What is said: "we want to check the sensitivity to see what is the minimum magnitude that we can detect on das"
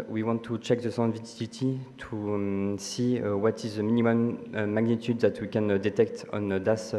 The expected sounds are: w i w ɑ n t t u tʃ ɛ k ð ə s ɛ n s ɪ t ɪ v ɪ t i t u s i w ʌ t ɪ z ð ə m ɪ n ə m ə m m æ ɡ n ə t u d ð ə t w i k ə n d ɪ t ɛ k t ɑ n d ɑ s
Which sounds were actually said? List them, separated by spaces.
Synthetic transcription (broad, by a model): w i w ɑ n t t u tʃ ɛ k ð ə s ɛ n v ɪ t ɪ ɪ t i t u s i w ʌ t ɪ z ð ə m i n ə m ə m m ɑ ɡ n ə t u d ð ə t w i k ə n d ɪ t ɛ k t ɑ n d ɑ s